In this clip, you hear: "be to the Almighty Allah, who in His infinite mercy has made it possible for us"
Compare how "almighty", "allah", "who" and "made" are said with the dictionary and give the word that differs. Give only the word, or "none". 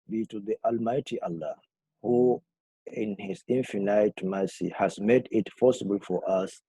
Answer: none